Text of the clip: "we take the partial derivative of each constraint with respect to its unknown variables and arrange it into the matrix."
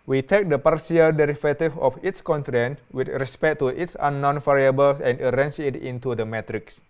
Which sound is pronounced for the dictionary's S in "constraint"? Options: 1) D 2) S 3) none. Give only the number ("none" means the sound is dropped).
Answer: 3